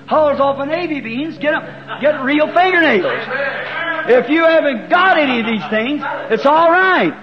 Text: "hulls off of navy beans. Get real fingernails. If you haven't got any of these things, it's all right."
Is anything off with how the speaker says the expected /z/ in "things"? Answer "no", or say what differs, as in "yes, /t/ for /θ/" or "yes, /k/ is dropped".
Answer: no